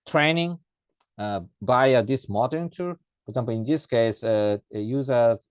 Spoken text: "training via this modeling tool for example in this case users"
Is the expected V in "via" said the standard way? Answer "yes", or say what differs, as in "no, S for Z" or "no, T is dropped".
no, B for V